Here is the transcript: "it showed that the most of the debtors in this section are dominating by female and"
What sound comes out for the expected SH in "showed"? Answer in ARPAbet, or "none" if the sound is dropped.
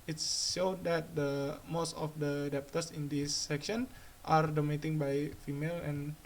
S